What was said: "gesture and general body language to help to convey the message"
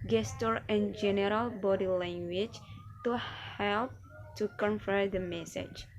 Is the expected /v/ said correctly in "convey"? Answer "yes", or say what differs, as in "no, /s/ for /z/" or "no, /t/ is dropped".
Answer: no, /f/ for /v/